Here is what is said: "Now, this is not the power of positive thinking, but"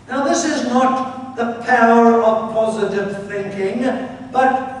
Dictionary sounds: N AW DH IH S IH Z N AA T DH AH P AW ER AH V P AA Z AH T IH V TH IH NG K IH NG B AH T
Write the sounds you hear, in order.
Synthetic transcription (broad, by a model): N AW DH IH S IH Z N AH T DH AH P AW ER AH V P AA Z AH T IH V TH IH NG K IH NG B AH T